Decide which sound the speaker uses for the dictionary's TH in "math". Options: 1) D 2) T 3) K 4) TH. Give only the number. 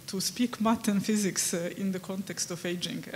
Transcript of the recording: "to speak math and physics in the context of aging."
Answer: 2